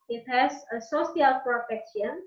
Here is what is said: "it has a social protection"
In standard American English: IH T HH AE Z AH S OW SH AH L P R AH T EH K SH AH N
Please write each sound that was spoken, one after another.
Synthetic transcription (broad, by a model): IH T HH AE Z AH S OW S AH L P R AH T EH K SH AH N